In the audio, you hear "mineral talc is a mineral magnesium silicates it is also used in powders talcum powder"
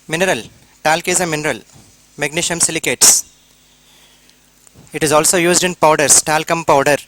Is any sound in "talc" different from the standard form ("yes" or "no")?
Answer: no